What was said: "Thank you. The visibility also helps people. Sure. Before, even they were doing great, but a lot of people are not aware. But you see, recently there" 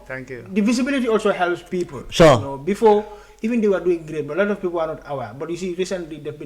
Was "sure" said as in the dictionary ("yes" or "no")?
no